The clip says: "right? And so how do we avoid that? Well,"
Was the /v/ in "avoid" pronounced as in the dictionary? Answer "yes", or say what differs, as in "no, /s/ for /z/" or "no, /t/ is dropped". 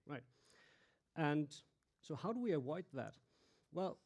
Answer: no, /w/ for /v/